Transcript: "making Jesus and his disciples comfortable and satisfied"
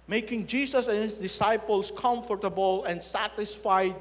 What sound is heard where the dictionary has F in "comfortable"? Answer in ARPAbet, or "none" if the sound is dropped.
F